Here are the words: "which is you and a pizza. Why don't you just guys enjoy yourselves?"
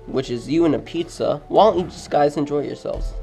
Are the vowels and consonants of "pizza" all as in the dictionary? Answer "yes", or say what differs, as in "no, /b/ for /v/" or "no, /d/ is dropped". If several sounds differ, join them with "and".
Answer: yes